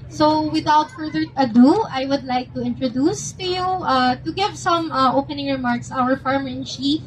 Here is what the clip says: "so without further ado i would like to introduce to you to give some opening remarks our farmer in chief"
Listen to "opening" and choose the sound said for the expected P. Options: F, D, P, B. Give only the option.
P